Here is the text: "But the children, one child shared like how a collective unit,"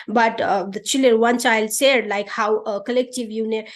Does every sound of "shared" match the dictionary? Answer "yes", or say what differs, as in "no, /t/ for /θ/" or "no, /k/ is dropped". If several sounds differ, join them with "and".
no, /s/ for /ʃ/